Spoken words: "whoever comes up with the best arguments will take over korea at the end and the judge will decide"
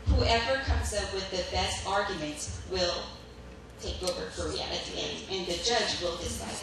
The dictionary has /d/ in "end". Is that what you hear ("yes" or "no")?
no